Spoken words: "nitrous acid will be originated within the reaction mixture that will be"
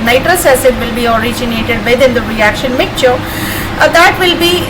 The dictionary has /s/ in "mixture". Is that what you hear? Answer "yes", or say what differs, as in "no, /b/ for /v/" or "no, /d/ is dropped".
no, /s/ is dropped